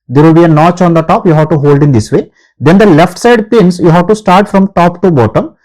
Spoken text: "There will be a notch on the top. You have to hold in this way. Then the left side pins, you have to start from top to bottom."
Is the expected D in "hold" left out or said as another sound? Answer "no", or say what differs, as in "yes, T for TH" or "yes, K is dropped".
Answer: no